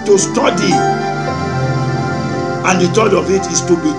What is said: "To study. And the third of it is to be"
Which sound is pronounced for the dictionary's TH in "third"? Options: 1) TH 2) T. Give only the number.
2